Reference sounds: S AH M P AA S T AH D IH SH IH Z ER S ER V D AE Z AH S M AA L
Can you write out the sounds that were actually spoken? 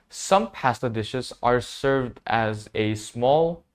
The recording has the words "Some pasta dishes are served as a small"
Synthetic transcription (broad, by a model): S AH M P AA S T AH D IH SH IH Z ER S ER V D AE Z AH S M AA L